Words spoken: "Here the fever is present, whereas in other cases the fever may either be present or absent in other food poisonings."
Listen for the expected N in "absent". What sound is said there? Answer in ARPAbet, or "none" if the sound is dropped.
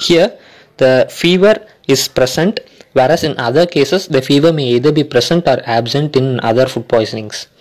N